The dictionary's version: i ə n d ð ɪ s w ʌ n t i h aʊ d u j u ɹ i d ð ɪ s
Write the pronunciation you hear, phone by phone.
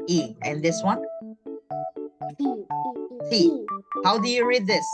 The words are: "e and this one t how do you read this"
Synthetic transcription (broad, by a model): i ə n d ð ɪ s w ʌ n s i h aʊ d u j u ɹ i d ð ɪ s